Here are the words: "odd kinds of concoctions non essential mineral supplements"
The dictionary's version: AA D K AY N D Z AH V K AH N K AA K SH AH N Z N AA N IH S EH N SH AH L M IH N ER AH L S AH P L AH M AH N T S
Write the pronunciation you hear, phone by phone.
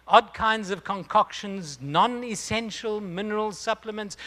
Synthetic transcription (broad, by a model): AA D K AY N D Z AH V K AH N K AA K SH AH N Z N AA N IH S EH N SH AH L M IH N ER AH L S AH P L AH M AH N T S